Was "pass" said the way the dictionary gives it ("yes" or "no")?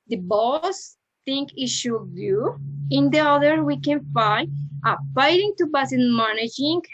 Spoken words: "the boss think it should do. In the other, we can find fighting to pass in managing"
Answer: no